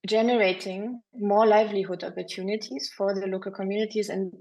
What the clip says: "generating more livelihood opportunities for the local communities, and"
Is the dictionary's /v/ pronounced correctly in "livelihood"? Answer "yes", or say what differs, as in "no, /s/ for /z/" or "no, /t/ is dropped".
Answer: yes